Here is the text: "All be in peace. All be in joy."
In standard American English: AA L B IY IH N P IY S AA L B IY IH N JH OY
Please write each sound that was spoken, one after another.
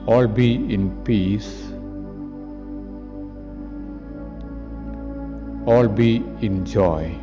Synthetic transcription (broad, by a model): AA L B IY IH N P IY S AA L B IY IH N JH OY